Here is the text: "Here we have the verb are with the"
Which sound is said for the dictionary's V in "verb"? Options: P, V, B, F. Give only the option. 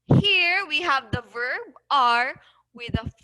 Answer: V